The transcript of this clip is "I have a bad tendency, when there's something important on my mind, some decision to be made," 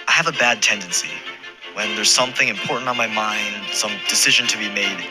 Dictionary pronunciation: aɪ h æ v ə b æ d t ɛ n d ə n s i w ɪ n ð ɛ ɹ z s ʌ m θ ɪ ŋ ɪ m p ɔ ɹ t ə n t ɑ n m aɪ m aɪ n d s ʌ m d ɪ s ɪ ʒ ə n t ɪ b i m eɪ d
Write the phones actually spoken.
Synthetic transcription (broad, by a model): aɪ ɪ v ə b æ d t ɛ n d ə n s i w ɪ n ð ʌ ɹ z s ʌ m θ ɪ ŋ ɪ m p ɔ ɹ t n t n m aɪ m aɪ n d s ʌ m d ɪ s ɪ ʒ ə n t ɪ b i m eɪ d